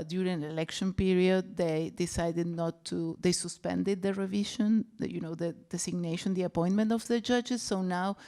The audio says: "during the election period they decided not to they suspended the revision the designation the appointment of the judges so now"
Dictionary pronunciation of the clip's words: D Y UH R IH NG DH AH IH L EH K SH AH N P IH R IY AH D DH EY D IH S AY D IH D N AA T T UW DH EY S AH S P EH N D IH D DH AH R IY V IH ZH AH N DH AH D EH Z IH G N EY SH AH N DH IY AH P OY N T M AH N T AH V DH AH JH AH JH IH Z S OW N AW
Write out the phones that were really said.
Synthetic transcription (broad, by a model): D Y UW R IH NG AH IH L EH K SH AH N P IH R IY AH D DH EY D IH S AY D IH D N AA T T UW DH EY S AH S P EH N D IH D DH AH R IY V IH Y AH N DH AH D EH S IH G N EY SH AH N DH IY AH P OY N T M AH N T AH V DH AH JH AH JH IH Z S OW N AW